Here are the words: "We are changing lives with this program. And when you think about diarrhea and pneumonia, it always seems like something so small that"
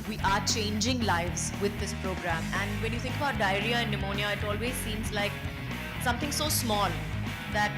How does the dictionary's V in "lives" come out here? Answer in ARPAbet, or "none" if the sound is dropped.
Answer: V